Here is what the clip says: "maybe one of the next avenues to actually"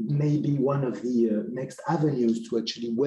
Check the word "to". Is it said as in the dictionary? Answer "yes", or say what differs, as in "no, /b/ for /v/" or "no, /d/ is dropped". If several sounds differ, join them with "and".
yes